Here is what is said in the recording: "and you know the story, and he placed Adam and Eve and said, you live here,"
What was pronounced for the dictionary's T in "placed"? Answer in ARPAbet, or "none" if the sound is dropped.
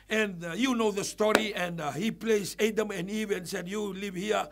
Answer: none